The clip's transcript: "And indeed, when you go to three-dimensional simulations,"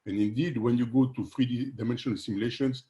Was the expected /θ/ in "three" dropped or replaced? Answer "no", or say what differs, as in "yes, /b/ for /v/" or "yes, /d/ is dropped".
yes, /f/ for /θ/